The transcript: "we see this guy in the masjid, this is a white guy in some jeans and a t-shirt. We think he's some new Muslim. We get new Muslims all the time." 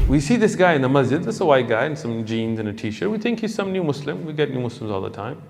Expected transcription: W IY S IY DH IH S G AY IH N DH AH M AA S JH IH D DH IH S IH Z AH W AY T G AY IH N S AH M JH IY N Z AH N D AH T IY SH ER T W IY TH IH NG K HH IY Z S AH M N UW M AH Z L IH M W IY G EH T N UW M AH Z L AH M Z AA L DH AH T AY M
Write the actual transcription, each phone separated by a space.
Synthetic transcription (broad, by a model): W IY S IY DH IH S G AY IH N DH AH M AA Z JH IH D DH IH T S AH W AY T G AY IH N S AH M JH IY N Z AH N AH T IY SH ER W IY TH IH NG K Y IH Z S AH M N UW M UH S L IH M W IY G EH T N UW M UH S L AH M Z AA L DH AH T AY M